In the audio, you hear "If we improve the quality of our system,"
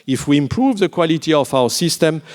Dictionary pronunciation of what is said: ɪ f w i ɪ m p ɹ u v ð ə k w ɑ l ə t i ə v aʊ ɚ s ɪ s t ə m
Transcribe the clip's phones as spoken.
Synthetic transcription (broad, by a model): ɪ f w i ɪ m p ɹ u v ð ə k w ɑ l ə t i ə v aʊ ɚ s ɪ s t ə m